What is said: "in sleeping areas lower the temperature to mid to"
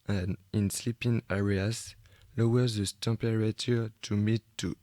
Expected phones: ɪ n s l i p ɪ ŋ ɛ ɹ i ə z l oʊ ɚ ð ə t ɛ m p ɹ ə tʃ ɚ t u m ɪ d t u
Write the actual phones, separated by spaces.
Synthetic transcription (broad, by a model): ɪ n s l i p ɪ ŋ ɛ ɹ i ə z l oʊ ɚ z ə t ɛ p ɹ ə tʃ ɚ t u m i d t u